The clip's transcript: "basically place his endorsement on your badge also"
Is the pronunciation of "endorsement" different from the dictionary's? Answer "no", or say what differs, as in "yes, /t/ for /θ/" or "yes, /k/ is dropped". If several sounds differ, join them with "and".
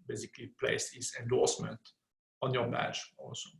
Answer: no